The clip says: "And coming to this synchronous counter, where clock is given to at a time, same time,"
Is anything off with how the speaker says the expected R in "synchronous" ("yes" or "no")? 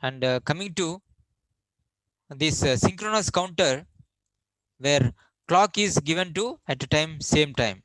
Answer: no